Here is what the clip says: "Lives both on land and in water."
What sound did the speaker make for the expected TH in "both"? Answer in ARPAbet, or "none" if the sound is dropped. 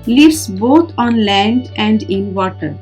T